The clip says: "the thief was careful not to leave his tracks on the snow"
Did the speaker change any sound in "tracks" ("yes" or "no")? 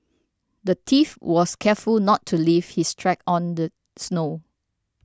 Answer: yes